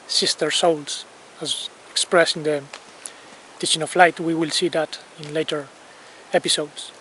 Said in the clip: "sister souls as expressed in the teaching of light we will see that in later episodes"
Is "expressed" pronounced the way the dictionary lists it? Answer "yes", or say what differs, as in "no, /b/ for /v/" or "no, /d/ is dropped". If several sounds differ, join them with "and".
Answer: no, /t/ is dropped